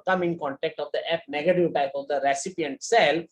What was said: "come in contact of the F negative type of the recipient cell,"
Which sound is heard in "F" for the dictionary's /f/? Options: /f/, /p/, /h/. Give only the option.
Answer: /p/